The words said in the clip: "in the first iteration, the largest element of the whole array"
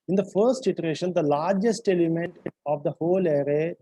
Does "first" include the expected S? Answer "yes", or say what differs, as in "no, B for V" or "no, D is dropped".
yes